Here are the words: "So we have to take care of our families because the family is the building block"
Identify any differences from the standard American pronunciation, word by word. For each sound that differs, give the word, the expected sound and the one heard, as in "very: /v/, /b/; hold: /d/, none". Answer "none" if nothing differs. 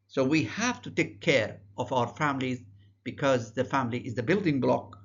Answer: none